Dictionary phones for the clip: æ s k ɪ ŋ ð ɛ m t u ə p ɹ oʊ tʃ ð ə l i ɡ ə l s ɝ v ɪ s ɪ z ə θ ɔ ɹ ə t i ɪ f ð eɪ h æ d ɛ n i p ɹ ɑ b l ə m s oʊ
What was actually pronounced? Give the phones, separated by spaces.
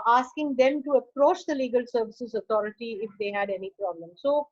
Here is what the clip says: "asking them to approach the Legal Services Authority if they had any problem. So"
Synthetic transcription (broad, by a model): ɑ s k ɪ ŋ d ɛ m t u ə p ɹ oʊ tʃ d ə l i ɡ ə l s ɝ v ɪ s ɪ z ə t ɔ ɹ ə t i ɪ f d eɪ h æ d ɛ n i p ɹ ɑ b l ə m s oʊ